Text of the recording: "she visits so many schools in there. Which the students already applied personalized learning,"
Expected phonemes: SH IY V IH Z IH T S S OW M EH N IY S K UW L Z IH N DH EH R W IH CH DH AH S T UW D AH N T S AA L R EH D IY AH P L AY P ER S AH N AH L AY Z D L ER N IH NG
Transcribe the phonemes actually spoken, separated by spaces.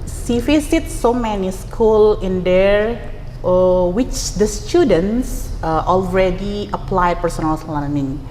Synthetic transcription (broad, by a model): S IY F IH S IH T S S OW M EH N IY S K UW L IH N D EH R W IH CH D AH S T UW D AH N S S AA L R EH D IY AH P L AY P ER S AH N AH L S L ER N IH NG